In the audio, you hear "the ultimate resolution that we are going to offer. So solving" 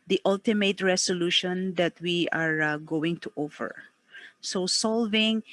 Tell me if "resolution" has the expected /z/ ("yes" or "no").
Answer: no